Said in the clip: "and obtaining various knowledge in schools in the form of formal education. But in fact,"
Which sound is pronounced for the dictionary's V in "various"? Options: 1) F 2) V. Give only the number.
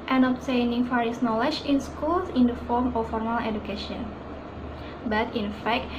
1